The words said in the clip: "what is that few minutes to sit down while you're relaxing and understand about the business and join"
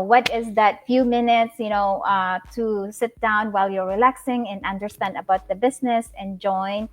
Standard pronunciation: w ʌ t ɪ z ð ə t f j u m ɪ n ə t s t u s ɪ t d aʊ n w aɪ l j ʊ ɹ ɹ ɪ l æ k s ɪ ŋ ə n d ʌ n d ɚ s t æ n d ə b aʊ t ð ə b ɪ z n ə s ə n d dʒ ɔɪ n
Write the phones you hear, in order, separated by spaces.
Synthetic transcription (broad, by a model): w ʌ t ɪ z ð ə t f j u m ɪ n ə t s t u s ɪ t d aʊ n w aɪ l j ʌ ɹ ɹ ɪ l æ k s ɪ ŋ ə n ʌ n d ɚ s t æ n d ə b aʊ t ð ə b ɪ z n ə s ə n dʒ ɔɪ n